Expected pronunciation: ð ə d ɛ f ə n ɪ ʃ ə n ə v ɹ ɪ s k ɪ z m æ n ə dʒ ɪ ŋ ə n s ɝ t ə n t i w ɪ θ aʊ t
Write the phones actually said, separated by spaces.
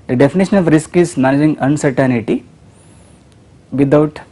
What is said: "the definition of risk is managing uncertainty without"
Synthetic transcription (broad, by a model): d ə d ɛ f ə n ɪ ʃ ə n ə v ɹ ɪ s k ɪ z m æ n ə dʒ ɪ ŋ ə n s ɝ t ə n t i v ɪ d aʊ t